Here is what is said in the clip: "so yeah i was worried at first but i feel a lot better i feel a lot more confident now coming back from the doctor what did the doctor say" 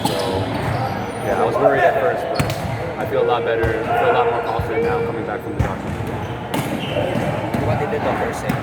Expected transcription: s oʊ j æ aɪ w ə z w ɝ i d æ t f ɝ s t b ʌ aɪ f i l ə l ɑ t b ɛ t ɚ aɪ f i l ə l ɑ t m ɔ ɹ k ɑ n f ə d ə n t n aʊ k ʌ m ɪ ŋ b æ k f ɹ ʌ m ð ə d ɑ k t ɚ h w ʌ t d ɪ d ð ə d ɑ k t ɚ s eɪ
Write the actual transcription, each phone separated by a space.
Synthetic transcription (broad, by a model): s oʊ j æ aɪ w ə z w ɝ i æ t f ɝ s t b ʌ aɪ f i l ə l ɑ t b ɛ t ɚ aɪ f i l ə l ɑ t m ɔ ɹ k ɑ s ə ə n n aʊ k ʌ m ɪ ŋ b æ k f ɹ ʌ m ð ə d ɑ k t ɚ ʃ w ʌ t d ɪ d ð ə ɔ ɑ t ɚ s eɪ